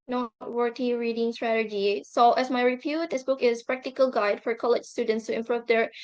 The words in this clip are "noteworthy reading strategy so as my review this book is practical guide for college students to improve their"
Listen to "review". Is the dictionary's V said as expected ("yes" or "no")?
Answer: no